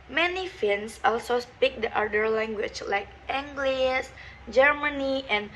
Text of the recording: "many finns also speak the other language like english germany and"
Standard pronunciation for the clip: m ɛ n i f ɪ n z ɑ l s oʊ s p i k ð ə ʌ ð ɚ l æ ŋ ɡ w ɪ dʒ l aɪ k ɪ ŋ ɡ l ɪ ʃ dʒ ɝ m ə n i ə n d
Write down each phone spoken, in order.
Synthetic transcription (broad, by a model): m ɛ n i f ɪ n s ɑ l s oʊ s p i k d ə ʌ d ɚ l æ ŋ ɡ w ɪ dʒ l aɪ k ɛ ŋ ɡ l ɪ s dʒ ɝ m ə n i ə n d